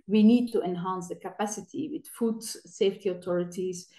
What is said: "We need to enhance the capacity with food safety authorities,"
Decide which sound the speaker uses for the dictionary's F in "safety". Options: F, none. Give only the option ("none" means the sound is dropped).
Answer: F